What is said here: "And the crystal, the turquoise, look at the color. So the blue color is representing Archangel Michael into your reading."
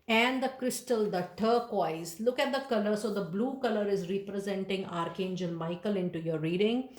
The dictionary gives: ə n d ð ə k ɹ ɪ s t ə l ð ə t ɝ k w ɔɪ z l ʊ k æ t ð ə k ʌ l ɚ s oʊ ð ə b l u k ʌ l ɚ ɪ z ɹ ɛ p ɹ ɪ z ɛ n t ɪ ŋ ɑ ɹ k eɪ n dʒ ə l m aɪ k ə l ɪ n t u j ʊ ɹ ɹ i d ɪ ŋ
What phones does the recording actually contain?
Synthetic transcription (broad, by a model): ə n d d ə k ɹ ɪ s t ə l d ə t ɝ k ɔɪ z l ʊ k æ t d ə k ʌ l ɚ s oʊ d ə b l u k ʌ l ɚ ɪ z ɹ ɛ p ɹ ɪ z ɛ n t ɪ ŋ ɑ ɹ k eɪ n dʒ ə n m aɪ k ə l ɪ n t u j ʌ ɹ ɹ i d ɪ ŋ